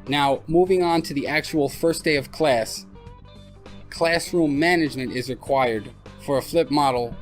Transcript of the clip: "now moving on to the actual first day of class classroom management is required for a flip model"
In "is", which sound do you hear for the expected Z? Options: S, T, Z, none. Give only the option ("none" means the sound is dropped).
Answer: Z